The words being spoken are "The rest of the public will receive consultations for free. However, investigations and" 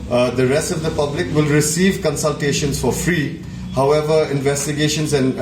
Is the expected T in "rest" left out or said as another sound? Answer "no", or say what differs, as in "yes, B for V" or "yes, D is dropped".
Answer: no